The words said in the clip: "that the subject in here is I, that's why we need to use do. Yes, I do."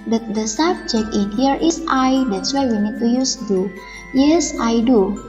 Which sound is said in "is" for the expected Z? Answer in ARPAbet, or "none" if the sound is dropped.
S